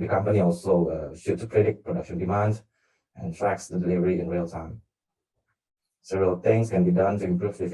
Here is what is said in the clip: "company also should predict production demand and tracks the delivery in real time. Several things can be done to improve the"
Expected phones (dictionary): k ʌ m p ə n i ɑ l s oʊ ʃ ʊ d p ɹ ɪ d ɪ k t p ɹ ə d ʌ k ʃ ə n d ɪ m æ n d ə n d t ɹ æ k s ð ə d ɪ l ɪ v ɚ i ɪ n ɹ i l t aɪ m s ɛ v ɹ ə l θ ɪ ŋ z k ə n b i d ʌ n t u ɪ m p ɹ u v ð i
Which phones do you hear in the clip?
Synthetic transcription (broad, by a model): k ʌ m p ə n i ɑ l s oʊ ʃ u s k ɹ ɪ d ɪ t p ɹ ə d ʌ k ʃ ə n d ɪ m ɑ n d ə n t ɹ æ k s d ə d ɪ l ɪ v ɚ i ɪ n ɹ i l t aɪ m s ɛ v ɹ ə l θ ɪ ŋ s k ə n b i d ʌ n t u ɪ m p ɹ u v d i